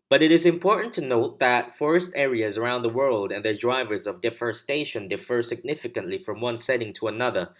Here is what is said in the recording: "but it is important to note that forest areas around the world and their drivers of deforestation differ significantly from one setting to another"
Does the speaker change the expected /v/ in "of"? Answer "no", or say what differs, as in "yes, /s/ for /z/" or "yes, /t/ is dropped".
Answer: no